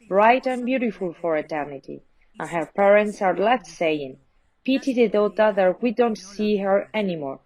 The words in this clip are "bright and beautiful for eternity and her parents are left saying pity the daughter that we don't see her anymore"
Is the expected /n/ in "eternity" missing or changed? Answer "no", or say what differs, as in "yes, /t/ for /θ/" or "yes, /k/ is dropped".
no